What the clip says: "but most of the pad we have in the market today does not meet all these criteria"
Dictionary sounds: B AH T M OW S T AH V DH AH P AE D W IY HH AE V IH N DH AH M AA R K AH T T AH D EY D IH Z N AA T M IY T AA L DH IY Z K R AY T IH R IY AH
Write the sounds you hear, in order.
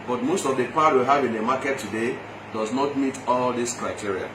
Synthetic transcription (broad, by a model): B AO T M OW S T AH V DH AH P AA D W IY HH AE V IH N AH M AA K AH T T AH D EY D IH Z N AA T M IY T AA L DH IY S K R AY T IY R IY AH